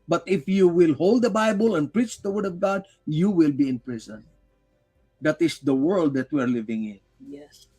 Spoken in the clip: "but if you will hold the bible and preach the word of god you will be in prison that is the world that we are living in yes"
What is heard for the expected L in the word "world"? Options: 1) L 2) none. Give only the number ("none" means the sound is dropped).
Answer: 1